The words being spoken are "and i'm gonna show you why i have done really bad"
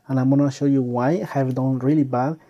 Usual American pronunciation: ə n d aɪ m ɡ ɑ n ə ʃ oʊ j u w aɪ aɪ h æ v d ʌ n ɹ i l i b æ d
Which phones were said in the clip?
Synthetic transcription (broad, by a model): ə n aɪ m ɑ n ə ʃ oʊ j u w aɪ aɪ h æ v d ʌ n ɹ i l i b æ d